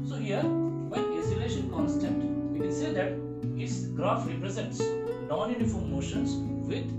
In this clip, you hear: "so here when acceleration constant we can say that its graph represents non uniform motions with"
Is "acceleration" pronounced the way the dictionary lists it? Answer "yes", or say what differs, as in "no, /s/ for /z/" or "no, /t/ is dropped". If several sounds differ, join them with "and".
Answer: no, /k/ is dropped